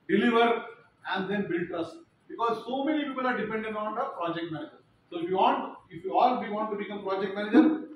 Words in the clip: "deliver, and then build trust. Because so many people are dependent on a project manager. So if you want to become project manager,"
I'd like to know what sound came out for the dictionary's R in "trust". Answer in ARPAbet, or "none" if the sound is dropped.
none